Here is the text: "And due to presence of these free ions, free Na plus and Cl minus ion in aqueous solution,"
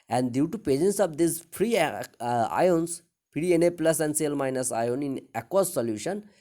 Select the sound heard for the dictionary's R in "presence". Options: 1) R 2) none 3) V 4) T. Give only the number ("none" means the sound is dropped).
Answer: 2